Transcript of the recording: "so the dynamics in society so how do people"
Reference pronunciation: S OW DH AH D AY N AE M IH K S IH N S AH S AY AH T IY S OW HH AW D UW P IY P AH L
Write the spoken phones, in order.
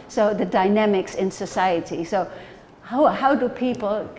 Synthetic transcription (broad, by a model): S OW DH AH D AY N AE M IH K S IH N S AH S AY AH T IY S OW HH AW D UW P IY P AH L